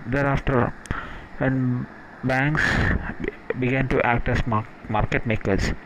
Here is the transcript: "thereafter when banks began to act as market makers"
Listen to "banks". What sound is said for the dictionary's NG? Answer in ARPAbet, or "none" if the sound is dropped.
NG